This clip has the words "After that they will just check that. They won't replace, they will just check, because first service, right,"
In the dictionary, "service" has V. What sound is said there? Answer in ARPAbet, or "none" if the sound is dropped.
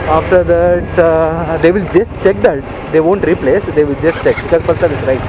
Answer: none